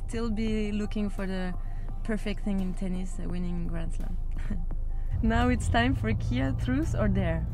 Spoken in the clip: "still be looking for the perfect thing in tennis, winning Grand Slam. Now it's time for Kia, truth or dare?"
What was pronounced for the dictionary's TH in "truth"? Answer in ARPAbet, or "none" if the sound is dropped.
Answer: S